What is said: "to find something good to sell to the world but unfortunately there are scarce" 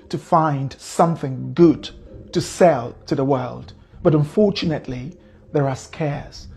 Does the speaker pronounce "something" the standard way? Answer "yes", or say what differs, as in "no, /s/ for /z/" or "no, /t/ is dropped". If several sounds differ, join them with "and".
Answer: yes